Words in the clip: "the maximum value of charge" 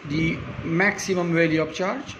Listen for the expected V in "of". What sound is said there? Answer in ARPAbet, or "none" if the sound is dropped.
P